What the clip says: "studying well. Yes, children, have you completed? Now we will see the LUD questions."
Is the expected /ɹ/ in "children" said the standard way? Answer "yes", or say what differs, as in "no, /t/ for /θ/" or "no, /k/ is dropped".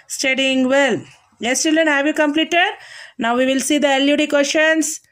no, /ɹ/ is dropped